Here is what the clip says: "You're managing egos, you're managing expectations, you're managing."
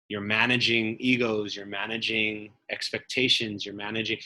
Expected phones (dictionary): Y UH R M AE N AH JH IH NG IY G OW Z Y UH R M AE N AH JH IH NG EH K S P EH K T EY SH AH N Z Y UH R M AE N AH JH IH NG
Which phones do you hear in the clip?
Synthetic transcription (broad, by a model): Y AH R M AE N AH JH IH NG IY G OW Z Y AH R M AE N AH JH IH NG EH K S P EH K T EY SH AH N Z Y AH R M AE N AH JH IH NG